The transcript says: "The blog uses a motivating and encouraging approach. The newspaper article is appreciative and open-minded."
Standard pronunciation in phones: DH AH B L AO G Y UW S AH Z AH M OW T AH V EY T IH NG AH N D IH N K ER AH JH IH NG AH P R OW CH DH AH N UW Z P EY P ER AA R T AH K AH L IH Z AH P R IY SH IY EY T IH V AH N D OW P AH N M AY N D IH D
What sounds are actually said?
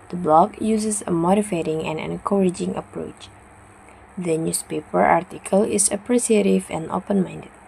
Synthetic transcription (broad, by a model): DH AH B L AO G Y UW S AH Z AH M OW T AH F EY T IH NG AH N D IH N K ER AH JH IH NG AH P R OW CH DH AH N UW S P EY P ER AA R T AH K AH L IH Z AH P R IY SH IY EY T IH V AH N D OW P AH N M AY N D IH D